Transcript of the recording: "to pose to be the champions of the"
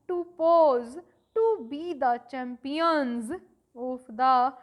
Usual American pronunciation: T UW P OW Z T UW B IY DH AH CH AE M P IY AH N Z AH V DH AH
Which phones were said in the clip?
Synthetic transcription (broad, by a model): T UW P OW Z T UW B IY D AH CH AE M P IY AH N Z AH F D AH